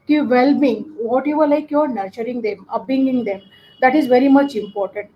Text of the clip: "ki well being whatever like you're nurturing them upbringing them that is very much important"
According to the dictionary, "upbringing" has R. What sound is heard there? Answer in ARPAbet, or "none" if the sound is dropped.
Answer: none